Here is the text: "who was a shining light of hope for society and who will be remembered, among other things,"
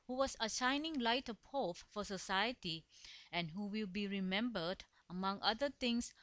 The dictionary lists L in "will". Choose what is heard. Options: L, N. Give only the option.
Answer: L